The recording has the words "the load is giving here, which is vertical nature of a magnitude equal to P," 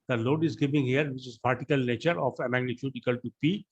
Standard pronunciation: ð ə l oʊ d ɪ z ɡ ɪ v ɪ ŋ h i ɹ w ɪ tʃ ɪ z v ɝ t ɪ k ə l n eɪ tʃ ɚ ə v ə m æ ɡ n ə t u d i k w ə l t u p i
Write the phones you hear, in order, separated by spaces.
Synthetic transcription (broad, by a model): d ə l oʊ d ɪ z ɡ ɪ v ɪ ŋ h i ɹ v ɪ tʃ ɪ z p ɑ t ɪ k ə l n eɪ tʃ ɚ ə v ə m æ ɡ n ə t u d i k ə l t u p i